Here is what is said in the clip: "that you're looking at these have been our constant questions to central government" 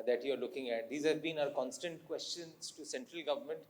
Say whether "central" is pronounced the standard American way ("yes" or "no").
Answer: yes